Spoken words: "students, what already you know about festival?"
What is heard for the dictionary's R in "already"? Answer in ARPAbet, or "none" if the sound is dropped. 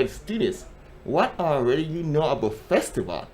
R